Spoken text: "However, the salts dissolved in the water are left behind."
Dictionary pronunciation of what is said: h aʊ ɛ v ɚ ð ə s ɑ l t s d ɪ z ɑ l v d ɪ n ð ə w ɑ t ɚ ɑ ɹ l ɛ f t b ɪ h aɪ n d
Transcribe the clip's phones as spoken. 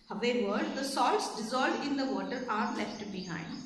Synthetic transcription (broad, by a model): h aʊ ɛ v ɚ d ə s ɑ l t s d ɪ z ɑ l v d ɪ n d ə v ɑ t ɚ ɑ ɹ l ɛ f t b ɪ h aɪ n d